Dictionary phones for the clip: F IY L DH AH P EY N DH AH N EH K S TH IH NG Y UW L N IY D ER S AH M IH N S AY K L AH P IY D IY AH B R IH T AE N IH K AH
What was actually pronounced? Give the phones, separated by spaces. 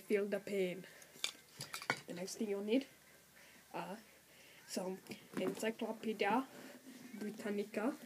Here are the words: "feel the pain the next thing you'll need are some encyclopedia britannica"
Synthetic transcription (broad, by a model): F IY L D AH P EY N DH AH N EH K S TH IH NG Y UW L N IY D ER S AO IH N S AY K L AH P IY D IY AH B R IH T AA N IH K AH